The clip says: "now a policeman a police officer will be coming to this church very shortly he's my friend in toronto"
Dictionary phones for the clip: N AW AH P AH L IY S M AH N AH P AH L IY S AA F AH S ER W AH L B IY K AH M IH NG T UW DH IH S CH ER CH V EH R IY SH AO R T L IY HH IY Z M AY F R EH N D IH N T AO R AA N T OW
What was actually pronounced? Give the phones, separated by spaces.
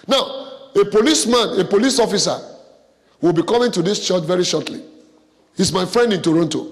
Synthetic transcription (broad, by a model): N AW AH P AH L IY S M AH N AH P AH L IY S AA F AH S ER W AH L B IY K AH M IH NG T UW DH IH S CH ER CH V EH R IY SH AO T L IY HH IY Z M AY F R EH N D IH N T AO R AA N T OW